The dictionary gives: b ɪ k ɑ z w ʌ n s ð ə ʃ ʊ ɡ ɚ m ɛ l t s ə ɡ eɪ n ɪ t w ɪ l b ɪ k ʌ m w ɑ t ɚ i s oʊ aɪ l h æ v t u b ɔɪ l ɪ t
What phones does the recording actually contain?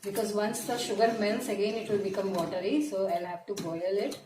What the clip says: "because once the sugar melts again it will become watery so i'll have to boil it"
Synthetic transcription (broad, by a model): b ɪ k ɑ z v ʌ n s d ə ʃ ʊ ɡ ɚ m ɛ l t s ə ɡ eɪ n ɪ t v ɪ l b ɪ k ʌ m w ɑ t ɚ i s oʊ aɪ l h æ v t u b ɔɪ l ɪ t